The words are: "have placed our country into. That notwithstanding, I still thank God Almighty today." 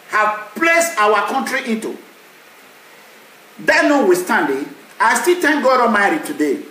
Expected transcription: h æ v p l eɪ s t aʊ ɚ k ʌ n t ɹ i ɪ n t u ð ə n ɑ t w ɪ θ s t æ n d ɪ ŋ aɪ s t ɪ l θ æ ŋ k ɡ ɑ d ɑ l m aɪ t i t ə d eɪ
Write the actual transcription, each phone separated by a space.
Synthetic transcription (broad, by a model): h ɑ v p l eɪ s t aʊ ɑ k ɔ n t ɹ i ɪ n t u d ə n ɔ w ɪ s t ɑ n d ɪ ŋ aɪ s t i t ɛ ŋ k ɡ ɑ d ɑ m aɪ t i t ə d eɪ